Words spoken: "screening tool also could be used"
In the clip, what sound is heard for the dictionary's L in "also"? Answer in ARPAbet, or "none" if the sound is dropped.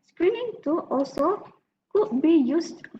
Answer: L